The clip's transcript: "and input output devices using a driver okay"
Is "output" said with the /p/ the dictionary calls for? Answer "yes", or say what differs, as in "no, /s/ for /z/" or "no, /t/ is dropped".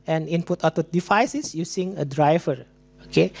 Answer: no, /p/ is dropped